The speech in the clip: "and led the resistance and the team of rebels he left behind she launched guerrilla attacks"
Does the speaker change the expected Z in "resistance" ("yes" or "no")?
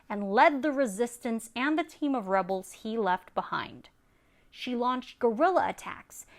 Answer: no